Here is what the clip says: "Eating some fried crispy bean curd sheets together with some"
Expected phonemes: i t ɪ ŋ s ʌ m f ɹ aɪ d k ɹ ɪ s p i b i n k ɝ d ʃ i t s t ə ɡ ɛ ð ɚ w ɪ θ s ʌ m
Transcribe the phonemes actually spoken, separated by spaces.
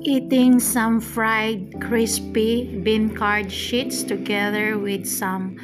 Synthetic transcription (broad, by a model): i t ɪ ŋ s ʌ m f ɹ aɪ d k ɹ ɪ s p i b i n k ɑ d ʃ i t s t ə ɡ ɛ ð ɚ w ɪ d s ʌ m